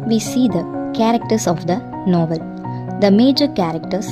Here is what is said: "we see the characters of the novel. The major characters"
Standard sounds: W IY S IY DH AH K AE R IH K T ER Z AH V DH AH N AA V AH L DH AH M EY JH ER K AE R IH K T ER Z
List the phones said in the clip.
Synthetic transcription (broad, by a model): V IY S IY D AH K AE R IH K T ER S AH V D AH N AA V AH L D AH M EY JH ER K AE R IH K T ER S